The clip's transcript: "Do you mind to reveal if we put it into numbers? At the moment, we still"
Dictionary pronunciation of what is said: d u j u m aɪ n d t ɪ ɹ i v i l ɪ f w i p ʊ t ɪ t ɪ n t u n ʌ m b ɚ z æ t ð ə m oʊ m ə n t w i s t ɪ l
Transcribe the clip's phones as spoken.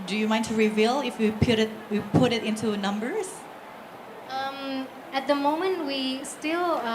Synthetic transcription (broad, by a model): d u j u m aɪ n t ɪ ɹ i v i l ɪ f w i p ʊ t ɪ t ɪ n t u n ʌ m b ɚ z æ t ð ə m oʊ m ə n t w i s t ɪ l